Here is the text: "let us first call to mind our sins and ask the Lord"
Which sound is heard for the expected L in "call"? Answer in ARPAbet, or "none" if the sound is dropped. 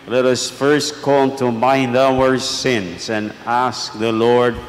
N